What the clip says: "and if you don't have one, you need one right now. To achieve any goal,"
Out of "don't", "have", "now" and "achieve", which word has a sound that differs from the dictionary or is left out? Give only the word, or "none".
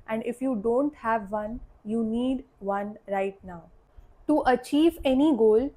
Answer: none